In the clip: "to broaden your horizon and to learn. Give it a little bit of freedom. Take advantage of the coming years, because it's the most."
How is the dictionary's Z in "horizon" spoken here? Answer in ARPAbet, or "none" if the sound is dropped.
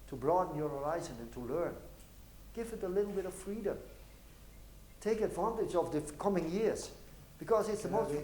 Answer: Z